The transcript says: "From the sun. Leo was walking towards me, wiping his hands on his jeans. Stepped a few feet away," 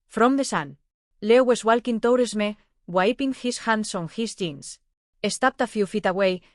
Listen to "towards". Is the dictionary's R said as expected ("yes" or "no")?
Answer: no